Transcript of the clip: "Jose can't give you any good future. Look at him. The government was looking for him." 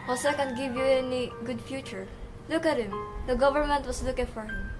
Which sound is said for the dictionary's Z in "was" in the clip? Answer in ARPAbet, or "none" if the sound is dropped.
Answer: S